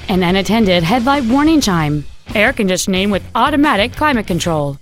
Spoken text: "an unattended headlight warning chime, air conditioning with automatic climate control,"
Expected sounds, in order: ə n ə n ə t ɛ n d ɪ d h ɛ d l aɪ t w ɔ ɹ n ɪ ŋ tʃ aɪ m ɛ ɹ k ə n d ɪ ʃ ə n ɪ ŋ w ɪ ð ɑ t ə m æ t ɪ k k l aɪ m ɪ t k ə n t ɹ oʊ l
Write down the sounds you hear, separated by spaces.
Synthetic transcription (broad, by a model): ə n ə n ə t ɛ n d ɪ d h ɛ d l aɪ t w ɔ ɹ n ɪ ŋ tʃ aɪ m ɛ ɹ k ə n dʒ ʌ s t n ɪ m w ɪ ð ɑ t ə m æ t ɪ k k l aɪ m ɪ t k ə n t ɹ oʊ l